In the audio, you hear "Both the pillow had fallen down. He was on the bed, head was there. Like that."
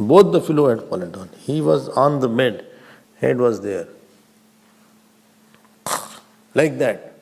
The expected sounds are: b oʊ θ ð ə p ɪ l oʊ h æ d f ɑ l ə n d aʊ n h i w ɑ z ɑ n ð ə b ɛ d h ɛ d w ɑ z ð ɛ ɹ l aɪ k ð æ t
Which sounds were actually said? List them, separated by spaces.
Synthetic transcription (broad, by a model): b oʊ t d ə f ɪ l oʊ h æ d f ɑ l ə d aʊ n h i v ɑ z ɑ n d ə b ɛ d h ɛ d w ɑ z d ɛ ɹ l aɪ k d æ t